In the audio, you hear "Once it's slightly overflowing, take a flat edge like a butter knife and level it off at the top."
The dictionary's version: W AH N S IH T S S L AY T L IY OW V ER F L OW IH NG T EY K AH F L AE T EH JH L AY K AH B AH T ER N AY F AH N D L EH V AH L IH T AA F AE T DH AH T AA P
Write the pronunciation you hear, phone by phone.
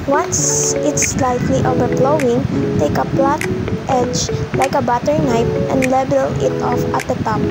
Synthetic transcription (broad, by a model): W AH N S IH T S S L AY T L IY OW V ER P L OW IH NG T EY K AH P L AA T EH JH L AY K AH B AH T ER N AY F AH N D L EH B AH L IH T AA F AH T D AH T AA P